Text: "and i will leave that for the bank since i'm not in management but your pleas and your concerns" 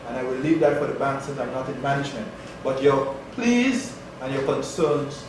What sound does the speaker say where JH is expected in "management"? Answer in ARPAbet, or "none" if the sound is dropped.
JH